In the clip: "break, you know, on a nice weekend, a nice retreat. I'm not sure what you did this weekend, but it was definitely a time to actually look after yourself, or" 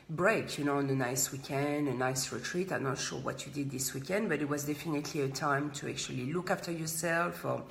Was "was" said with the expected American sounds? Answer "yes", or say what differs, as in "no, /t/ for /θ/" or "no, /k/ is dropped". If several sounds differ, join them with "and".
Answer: yes